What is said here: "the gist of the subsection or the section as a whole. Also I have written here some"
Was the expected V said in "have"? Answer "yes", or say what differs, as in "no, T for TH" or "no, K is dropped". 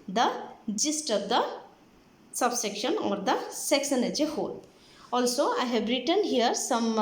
no, B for V